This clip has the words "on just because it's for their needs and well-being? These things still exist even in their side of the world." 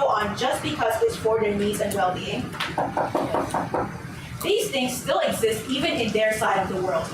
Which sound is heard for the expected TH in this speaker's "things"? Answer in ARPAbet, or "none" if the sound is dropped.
TH